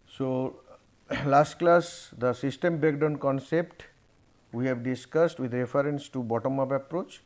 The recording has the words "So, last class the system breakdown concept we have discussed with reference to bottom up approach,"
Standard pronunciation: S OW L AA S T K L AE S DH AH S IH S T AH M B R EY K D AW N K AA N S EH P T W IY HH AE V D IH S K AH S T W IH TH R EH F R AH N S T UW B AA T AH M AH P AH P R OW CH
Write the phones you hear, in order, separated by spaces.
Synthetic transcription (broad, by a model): S OW L AA S T K L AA S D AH S IH S T AH M B EY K D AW N K AA N S EH P T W IY HH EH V D IH S K AH S T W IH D R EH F R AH N S T UW B AA T AH M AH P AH P R OW CH